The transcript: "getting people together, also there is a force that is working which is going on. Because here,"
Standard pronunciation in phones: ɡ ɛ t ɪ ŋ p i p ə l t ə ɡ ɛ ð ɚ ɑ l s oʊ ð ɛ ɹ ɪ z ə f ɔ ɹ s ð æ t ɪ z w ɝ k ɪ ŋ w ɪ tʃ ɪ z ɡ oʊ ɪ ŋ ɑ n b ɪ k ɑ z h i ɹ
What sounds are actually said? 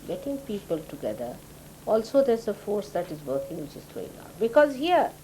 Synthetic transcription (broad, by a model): ɡ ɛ t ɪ ŋ p i p ə l t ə ɡ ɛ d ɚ ɑ l s oʊ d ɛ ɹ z ə f ɔ ɹ s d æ t ɪ z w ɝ k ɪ ŋ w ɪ tʃ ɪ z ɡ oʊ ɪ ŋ ɑ n b ɪ k ɑ z h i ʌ